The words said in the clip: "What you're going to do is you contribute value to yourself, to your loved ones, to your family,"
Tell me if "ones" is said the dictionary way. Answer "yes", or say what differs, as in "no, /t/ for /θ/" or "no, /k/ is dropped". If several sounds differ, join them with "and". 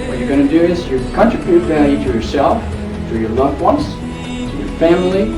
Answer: no, /s/ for /z/